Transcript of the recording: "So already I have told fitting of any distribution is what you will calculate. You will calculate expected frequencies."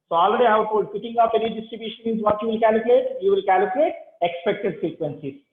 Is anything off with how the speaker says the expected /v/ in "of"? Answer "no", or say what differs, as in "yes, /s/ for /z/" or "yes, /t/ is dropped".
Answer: yes, /p/ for /v/